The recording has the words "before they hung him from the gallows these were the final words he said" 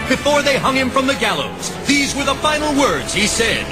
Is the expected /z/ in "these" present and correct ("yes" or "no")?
yes